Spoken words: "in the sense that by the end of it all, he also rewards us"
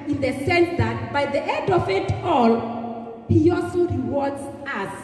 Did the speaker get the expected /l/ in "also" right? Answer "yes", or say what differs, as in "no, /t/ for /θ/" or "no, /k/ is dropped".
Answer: yes